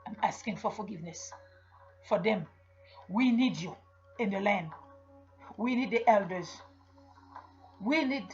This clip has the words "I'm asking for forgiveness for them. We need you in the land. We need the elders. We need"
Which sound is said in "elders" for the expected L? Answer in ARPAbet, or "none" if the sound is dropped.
L